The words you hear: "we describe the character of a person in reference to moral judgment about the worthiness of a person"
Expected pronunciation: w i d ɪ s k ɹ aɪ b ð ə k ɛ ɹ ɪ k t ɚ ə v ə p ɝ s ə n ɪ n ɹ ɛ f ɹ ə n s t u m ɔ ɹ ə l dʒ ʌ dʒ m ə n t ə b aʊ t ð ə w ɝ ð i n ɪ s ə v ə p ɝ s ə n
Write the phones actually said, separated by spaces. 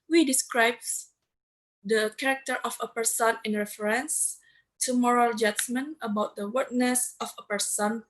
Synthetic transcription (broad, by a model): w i d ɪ s k ɹ aɪ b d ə k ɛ ɹ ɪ k t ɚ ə f ə p ɝ s ə n ɪ n ɹ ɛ f ɹ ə n s t u m ɔ ɹ ə l dʒ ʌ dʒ m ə n ə b aʊ t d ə w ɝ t n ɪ s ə f ə p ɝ s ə n